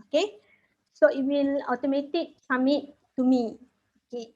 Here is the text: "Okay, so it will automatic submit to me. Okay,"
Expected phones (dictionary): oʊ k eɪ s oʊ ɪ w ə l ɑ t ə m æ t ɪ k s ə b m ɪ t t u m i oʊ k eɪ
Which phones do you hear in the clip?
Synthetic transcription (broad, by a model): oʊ k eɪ s oʊ ɪ w ə l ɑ t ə m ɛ t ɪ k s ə m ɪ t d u m i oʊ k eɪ